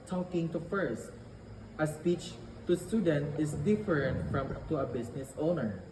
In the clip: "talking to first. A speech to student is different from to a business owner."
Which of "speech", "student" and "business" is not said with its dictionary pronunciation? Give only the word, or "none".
business